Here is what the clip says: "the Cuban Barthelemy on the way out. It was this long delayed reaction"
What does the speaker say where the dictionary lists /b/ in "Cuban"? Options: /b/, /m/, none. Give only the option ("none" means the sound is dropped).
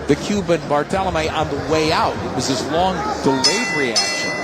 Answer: /b/